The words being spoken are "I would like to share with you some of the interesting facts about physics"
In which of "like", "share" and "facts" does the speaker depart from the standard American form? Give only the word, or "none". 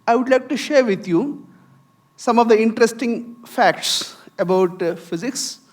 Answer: none